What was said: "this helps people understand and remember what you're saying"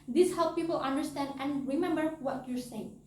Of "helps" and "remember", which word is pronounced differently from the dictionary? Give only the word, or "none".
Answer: helps